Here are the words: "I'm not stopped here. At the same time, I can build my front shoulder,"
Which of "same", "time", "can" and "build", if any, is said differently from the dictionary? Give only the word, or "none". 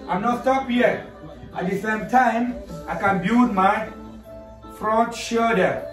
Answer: build